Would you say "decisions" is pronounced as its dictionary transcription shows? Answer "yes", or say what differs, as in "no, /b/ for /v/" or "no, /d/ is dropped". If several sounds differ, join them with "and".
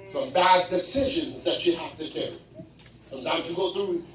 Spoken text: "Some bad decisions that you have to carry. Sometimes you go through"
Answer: yes